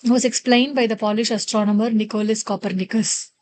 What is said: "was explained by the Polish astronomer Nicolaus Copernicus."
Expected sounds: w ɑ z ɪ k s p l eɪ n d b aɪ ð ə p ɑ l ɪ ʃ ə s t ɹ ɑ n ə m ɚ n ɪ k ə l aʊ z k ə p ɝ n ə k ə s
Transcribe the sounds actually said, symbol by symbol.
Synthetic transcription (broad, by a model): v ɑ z ɪ k s p l eɪ n d b aɪ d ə p ɑ l ɪ ʃ ə s t ɹ ɑ n ə m ɚ n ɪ k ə l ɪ s k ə p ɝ n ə k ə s